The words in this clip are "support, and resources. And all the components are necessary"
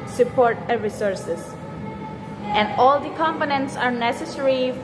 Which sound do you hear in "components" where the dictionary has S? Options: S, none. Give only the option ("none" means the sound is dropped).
S